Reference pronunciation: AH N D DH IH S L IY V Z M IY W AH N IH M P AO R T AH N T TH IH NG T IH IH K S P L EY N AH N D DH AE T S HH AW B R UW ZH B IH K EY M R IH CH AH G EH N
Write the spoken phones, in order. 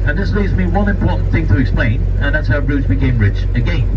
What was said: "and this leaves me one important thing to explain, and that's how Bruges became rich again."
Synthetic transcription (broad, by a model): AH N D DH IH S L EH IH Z M IY W AH N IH M P AO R T N TH IH NG T IH IH K S P L EY N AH N DH AE T S HH AW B R UW Z B IH K EY M R IH CH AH G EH N